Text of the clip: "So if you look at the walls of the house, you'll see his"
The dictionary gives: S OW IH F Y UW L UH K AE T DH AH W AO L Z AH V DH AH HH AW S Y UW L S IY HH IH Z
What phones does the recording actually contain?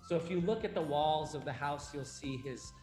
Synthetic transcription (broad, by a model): S OW IH F Y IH L UH K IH T DH AH W AO L Z AH V DH AH HH AW S Y UW L S IY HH IH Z